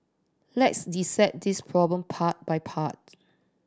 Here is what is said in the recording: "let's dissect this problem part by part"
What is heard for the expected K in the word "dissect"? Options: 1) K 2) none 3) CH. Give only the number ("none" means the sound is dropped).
2